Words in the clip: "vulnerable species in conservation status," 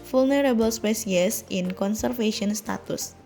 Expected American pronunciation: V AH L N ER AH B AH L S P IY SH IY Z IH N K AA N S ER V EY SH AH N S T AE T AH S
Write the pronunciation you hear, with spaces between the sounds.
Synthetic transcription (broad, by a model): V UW L N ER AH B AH L S P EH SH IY S IH N K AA N S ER F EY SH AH N S T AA T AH S